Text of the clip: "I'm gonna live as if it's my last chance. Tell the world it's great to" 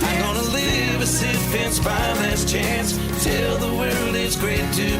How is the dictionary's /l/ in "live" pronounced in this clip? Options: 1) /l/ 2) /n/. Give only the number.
1